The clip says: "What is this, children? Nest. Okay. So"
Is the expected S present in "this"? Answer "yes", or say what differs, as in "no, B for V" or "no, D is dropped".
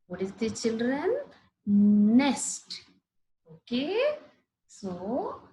no, S is dropped